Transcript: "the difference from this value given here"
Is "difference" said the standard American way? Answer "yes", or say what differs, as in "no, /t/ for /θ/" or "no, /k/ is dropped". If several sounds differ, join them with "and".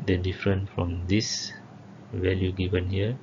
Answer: no, /s/ is dropped